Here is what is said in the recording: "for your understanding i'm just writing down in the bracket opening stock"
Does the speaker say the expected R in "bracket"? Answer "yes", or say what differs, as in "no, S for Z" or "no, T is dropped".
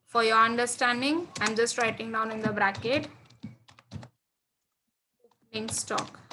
yes